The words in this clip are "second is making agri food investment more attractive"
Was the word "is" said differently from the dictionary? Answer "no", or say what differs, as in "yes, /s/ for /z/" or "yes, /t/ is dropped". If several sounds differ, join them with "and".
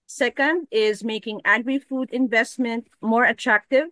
no